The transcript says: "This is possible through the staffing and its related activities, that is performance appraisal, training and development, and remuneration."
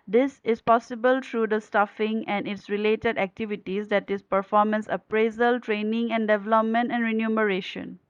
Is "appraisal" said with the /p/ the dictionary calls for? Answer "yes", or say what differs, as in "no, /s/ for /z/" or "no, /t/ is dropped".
yes